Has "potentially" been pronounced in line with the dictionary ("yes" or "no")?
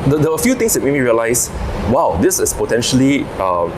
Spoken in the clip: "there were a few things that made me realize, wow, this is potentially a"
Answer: yes